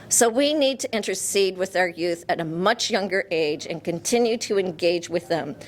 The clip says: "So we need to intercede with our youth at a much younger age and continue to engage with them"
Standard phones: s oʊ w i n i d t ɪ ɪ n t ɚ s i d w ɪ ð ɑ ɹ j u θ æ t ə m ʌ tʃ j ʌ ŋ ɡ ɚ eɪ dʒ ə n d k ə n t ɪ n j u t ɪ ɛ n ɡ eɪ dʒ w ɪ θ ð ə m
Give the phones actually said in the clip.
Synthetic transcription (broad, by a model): s oʊ w i n i d t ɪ ɪ n t ɚ s i d w ɪ ð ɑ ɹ j u θ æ t ə m ʌ tʃ j ʌ ŋ ɡ ɚ eɪ dʒ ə n k ə n t ɪ n j u t ɪ ɛ n ɡ eɪ dʒ w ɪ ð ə m